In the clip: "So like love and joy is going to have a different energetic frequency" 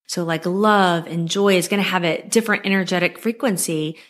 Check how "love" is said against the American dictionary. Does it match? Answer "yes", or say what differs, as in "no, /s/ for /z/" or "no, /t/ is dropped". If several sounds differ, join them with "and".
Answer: yes